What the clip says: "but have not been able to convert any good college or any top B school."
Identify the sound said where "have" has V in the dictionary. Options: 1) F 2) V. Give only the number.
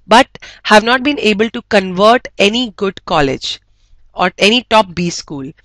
2